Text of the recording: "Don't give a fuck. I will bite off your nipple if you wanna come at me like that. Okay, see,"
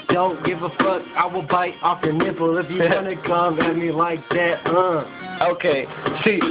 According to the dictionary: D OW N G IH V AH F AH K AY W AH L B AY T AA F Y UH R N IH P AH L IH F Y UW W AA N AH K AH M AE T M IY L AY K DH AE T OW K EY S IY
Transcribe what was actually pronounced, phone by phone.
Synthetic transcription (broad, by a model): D OW N G IH V AH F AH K AY W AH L B AY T AA F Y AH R N IH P L IH F Y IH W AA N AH K AH M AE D M IY L AY K DH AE T OW K EY S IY